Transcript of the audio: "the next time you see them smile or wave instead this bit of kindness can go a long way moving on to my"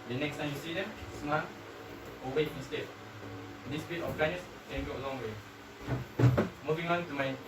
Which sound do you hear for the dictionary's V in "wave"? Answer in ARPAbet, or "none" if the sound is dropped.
none